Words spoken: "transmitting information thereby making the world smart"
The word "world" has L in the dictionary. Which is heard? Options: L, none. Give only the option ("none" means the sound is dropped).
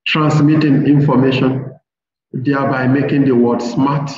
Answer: none